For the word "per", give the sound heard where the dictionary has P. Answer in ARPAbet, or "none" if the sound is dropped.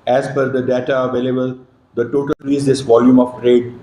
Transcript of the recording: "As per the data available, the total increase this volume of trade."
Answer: F